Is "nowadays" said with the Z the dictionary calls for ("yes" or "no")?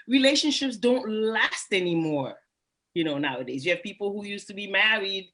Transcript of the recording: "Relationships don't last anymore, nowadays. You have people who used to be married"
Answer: yes